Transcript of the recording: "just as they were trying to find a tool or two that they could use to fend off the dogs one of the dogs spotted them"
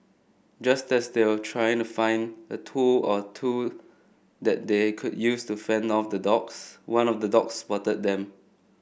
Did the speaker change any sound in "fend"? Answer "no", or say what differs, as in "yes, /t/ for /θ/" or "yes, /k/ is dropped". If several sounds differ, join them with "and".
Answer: no